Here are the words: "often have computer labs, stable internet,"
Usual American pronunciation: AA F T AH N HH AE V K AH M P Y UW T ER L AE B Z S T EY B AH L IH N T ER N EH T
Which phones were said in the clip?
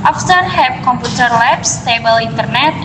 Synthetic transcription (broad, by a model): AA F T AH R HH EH P K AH M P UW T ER L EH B S T EY B AH L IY N T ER N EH T